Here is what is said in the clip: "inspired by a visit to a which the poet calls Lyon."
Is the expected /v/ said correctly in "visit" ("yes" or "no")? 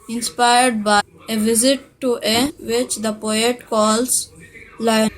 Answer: yes